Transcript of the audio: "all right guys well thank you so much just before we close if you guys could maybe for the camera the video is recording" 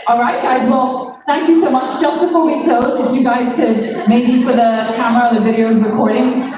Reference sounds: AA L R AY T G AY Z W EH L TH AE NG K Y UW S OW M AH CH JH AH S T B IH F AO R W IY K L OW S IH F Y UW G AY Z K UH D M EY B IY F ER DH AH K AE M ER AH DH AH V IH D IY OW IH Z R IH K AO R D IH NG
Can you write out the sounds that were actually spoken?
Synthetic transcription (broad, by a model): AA L R AY T G AY Z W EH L TH AE NG K Y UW S OW M AH CH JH AH S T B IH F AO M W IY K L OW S IH F Y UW G AY Z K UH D M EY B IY F ER DH AH K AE M ER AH DH AH V IH D IY OW IH Z R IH K AO R D IH NG